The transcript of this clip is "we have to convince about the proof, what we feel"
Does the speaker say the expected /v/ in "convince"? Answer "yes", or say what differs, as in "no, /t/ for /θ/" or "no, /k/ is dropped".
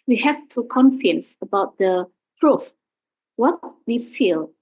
no, /f/ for /v/